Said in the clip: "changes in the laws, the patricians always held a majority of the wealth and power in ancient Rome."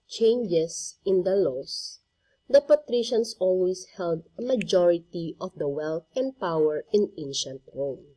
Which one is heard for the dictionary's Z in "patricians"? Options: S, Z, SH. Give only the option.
S